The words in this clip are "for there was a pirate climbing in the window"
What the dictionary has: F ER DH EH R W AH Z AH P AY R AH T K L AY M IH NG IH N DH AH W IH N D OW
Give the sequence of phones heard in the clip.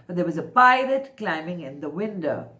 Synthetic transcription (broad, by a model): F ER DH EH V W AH Z AH P AY L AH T K L AY M IH NG IH N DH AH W IH N D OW